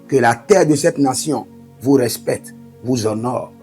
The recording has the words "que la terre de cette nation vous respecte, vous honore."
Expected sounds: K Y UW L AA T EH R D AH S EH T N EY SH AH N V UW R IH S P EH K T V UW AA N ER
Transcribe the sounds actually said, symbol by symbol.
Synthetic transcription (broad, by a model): K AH L AA T EH R D AH S EH T N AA S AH V UW R IH S P EH K T V UW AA N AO